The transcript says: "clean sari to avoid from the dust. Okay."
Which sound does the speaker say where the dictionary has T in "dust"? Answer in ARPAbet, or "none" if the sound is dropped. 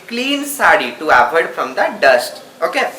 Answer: T